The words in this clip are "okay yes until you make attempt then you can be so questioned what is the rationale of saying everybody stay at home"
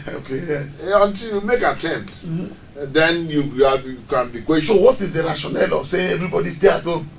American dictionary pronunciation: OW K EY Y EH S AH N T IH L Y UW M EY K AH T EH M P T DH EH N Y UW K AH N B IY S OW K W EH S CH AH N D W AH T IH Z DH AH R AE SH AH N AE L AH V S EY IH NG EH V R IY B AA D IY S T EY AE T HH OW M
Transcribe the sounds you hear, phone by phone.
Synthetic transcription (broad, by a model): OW K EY Y EH S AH N T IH L Y UW M EY K AH T EH M P T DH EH N Y UW K AH N B IY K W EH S AH W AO T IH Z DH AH R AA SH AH N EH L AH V S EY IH EH V R IY B AA D IY S T EY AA T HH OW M